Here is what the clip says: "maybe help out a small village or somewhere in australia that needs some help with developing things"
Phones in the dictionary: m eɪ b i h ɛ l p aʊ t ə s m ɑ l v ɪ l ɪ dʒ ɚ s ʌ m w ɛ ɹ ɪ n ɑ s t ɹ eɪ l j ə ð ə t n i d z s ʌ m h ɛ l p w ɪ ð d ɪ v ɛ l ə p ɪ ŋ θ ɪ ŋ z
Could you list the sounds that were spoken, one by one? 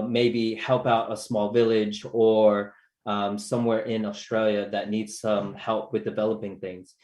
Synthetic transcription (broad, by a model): m eɪ b i h ɛ l p aʊ t ə s m ɑ l v ɪ l ɪ dʒ ɚ s ʌ m w ɛ ɹ ɪ n ɑ s t ɹ eɪ l j ə ð ə t n i d z s ʌ m h ɛ l p w ɪ ð d ɪ v ɛ l ə p ɪ ŋ θ ɪ ŋ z